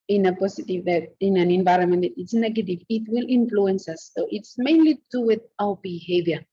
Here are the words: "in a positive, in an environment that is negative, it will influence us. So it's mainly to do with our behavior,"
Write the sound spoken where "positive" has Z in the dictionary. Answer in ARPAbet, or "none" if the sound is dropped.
S